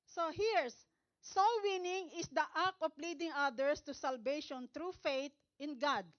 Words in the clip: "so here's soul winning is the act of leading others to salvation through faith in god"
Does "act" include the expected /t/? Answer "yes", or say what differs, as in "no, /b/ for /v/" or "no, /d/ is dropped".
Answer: no, /t/ is dropped